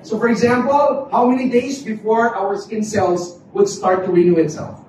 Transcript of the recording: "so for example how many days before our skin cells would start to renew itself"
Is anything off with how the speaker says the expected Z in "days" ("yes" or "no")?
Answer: no